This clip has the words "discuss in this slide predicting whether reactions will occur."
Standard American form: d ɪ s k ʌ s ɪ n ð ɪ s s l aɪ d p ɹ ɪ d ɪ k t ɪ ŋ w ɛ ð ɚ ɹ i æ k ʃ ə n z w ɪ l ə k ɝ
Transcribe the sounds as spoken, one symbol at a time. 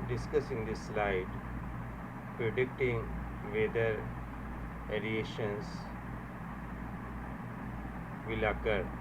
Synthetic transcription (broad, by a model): d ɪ s k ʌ s ɪ n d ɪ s s l aɪ d p ɹ ɪ d ɪ k t ɪ ŋ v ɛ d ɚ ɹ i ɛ ʃ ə n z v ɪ l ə k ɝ